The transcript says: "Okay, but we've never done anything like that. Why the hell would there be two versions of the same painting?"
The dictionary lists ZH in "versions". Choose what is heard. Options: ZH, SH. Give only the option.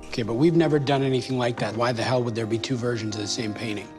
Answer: ZH